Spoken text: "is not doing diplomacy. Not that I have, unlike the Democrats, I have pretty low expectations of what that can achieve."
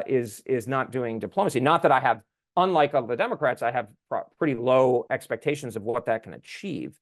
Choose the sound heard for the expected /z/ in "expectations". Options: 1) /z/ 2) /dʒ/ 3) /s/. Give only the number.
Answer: 1